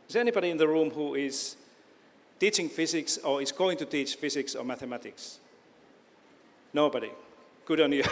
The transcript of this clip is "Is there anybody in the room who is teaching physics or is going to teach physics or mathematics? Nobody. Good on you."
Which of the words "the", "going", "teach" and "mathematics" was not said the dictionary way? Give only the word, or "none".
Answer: none